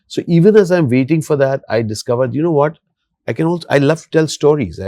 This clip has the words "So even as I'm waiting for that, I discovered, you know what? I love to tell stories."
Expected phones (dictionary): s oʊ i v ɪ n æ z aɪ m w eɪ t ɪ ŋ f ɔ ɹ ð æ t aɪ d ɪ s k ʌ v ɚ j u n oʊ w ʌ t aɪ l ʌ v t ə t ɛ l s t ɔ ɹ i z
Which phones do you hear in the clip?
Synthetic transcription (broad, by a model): s oʊ i v ɪ n æ z aɪ m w eɪ t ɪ ŋ f ɔ ɹ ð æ t aɪ d ɪ s k ʌ v ɚ j u n oʊ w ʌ t aɪ n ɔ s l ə t ɛ l s t ɔ ɹ i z